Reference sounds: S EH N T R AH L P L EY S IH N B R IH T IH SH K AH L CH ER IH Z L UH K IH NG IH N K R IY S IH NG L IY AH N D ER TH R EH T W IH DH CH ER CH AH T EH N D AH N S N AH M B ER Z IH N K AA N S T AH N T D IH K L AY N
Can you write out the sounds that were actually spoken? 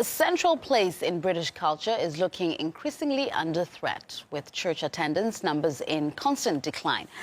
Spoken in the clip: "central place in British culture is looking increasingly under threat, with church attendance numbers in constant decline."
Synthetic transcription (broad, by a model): S EH N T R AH L P L EY S IH N B R IH T IH SH K AH L CH ER IH Z L UH K IH NG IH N K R IY S IH NG L IY AH N D ER TH R EH T W IH DH CH ER CH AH T EH N D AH N S N AH M B ER Z IH N K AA N S T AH N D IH K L AY N